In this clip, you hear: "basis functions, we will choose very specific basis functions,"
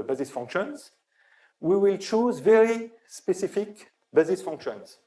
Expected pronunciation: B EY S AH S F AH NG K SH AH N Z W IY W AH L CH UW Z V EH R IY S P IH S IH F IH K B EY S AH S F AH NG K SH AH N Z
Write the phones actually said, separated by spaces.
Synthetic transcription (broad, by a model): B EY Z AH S F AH NG K SH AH N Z W IY W AH L CH UW Z V EH R IY S P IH S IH F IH K B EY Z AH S F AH NG K SH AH N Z